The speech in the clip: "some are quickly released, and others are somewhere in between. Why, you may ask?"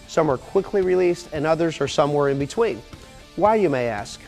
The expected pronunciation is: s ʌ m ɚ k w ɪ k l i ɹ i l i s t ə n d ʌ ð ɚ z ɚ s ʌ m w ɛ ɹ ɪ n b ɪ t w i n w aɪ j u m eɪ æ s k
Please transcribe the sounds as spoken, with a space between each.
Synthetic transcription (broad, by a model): s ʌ m ɚ k w ɪ k l i ɹ i l i s t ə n ʌ ð ɚ z ɚ s ʌ m w ɛ ɹ ɪ n b ɪ t w i n w aɪ j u m eɪ æ s k